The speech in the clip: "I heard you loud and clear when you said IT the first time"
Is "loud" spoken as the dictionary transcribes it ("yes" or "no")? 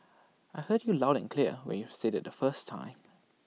yes